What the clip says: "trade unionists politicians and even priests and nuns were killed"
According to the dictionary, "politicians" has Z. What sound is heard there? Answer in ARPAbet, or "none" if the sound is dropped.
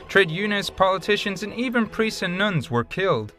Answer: Z